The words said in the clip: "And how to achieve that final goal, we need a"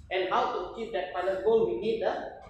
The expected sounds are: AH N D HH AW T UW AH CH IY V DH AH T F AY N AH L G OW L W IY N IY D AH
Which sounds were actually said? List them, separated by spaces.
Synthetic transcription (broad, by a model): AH N HH AW T UW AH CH IY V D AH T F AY L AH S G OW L W IY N IY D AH